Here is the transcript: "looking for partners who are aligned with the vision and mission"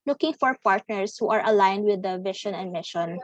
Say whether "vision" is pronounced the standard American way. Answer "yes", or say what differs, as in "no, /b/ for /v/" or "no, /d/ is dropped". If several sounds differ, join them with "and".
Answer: no, /ʃ/ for /ʒ/